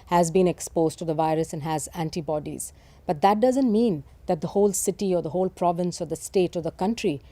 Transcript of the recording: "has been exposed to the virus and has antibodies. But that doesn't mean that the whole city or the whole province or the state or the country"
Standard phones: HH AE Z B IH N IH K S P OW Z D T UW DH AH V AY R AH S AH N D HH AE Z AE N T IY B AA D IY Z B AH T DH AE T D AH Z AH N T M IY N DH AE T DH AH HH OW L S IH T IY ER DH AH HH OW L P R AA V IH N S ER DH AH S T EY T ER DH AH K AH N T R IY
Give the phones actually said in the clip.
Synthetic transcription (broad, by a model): HH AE Z B IH N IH K S P OW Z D T UW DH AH V AY R AH S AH N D HH AE Z AE N T IY B AA D IY Z B AH T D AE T D AH Z AH N T M IY N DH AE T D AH HH OW L S IH T IY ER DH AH HH OW L P R AA V IH N S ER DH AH S T EY T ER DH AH K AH N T R IY